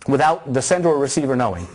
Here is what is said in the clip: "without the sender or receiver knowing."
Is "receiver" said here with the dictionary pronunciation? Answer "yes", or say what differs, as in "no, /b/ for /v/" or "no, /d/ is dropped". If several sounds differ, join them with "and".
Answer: yes